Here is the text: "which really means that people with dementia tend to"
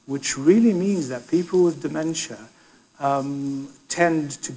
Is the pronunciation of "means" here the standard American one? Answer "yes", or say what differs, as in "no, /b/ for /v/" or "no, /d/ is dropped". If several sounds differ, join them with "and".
yes